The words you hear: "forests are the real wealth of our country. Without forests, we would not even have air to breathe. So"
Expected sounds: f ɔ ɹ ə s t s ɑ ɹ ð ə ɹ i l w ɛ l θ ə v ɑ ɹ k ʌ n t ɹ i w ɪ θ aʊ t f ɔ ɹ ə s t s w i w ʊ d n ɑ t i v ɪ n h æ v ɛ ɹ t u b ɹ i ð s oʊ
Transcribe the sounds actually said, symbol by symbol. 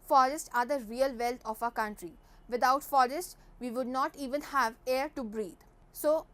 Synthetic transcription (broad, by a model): f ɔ ɹ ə s t ɑ ɹ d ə ɹ i l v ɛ l t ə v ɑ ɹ k ʌ n t ɹ i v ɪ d aʊ t f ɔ ɹ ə s t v i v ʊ d n ɑ t i v ɪ n h æ v ɛ ɹ t u b ɹ i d s oʊ